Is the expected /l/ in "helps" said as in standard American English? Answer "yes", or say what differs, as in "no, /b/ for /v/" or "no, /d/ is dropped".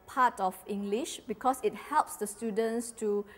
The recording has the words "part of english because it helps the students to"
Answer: yes